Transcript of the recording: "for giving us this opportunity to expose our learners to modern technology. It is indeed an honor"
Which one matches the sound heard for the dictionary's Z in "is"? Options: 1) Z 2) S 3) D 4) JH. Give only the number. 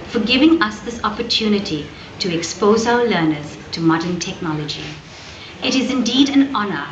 1